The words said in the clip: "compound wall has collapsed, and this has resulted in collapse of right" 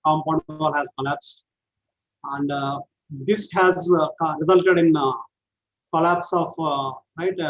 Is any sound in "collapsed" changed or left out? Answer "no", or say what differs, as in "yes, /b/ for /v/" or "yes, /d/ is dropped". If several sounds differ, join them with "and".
no